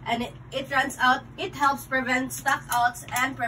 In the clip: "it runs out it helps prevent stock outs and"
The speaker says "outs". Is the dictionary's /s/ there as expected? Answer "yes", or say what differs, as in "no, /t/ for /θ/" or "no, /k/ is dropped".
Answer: yes